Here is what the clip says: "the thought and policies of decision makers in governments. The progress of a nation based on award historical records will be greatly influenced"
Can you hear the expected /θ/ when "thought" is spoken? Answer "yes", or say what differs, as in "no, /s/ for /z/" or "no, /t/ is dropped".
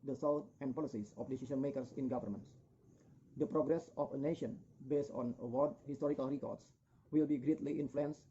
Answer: no, /s/ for /θ/